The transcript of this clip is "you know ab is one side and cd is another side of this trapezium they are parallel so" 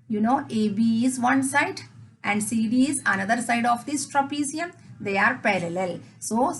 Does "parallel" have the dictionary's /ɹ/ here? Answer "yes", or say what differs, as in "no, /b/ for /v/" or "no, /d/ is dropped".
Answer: yes